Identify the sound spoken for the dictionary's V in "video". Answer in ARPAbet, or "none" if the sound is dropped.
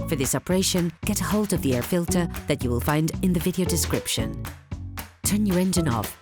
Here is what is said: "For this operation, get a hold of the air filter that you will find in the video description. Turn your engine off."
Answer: V